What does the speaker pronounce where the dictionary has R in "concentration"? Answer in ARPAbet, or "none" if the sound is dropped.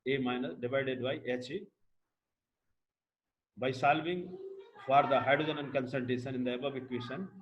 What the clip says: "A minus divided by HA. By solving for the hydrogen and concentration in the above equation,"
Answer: none